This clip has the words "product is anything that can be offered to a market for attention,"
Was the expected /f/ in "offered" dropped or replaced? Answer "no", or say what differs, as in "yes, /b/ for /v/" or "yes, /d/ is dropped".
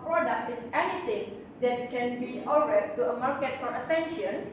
yes, /f/ is dropped